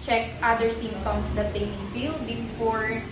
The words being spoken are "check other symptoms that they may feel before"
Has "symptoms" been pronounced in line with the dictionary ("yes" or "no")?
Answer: no